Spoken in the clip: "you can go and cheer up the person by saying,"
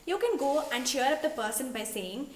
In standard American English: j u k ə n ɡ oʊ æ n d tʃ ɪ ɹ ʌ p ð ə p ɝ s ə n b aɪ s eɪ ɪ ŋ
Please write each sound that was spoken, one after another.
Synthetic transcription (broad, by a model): j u k ə n ɡ oʊ æ n d ʃ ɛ ɹ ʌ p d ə p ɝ s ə n b aɪ s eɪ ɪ ŋ